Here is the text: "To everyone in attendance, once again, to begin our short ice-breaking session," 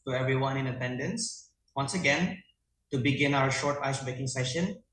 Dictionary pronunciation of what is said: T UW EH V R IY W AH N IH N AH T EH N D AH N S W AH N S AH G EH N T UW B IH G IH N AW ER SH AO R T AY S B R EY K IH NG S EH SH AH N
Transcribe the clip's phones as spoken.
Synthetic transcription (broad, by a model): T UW EH V R IY W AH N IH N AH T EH N D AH N S W AH N S AH G EH N T UW B IH G IH N AW ER SH AO R T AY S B EY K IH NG S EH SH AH N